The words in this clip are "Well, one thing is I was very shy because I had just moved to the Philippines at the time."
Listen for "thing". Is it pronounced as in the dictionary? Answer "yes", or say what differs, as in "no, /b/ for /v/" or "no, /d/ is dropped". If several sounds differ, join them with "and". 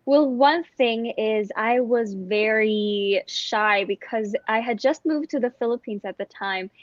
yes